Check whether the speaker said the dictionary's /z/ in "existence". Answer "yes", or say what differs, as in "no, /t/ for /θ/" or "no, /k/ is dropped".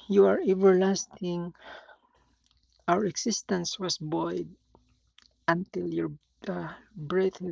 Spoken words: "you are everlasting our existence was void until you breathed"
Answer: no, /s/ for /z/